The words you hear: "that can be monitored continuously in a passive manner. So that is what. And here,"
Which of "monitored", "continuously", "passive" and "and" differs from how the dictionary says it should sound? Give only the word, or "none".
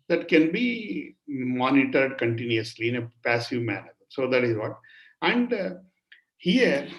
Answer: none